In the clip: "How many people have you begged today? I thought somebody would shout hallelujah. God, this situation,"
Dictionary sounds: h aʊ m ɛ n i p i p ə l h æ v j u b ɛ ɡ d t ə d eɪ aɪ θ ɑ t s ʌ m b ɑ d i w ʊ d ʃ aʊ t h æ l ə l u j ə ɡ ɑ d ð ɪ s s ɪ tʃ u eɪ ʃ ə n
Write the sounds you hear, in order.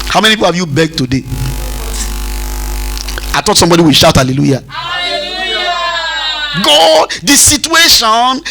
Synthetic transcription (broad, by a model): h aʊ m ɛ n i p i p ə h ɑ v j u b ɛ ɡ t ə d eɪ aɪ t ɑ t s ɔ m b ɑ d i w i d ʃ aʊ t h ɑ l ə l u j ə ɡ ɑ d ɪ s s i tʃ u eɪ ʃ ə n